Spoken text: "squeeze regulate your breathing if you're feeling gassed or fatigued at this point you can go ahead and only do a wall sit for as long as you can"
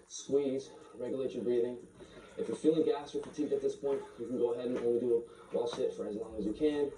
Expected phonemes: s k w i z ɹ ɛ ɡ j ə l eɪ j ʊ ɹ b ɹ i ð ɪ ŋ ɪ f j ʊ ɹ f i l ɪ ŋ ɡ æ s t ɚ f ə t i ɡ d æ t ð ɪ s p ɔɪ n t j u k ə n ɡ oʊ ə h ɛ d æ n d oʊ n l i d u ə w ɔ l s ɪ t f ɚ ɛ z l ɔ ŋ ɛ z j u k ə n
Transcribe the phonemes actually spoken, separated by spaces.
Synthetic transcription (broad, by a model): s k w i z ɹ ɛ ɡ j ə l eɪ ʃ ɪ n b ɹ i ð ɪ ŋ ɪ f j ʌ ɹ f i l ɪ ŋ ɡ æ s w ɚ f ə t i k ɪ t ð ɪ s p ɔɪ n t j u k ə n ɡ oʊ ə h ɛ d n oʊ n w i d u ə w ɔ l ʃ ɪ t f ɚ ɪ z l ɔ ŋ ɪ z j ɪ k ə n